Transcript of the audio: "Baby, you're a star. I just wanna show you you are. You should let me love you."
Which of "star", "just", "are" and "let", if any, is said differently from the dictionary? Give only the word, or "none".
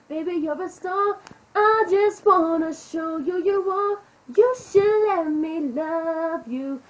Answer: are